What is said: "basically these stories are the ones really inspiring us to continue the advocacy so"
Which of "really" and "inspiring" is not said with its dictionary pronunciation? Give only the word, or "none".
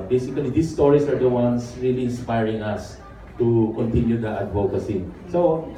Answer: none